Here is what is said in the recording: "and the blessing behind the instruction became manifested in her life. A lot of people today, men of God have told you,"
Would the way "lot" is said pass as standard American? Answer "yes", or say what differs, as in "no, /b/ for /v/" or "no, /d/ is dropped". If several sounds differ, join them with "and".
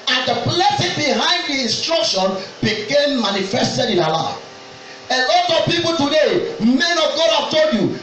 no, /n/ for /l/